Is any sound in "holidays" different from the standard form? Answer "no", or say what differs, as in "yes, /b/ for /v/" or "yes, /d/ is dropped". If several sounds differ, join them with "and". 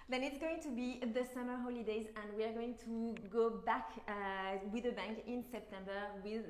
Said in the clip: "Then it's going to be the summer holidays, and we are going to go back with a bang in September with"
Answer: no